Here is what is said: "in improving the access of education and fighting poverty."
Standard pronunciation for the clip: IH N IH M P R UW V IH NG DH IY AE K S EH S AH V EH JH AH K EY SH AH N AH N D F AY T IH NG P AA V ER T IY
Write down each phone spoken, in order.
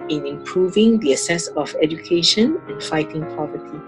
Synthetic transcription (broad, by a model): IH N IH M P R UW V IH NG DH IY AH S EH S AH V EH JH AH K EY SH AH N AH N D F AY T IH NG P AA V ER T IY